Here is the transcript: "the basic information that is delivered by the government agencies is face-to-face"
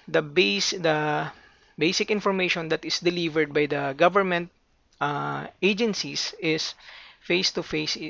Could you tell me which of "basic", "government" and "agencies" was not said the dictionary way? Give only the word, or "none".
agencies